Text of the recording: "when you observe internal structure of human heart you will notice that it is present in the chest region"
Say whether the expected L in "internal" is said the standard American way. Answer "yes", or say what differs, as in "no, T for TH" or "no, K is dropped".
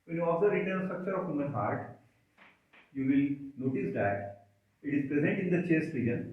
no, N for L